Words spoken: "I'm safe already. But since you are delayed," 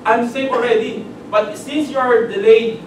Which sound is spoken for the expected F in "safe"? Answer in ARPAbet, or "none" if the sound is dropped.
none